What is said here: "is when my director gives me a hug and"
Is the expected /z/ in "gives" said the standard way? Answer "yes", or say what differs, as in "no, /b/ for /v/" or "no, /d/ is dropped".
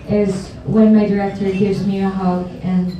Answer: yes